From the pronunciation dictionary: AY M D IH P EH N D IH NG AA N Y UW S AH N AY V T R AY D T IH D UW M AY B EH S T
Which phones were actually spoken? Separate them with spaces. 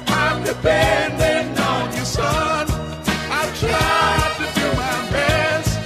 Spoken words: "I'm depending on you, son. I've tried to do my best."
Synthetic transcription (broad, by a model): AY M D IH B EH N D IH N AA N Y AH S AH N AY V T R AY D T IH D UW M AY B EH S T